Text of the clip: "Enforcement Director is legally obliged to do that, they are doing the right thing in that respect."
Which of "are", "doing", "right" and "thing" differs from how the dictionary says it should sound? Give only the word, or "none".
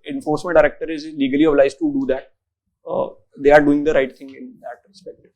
thing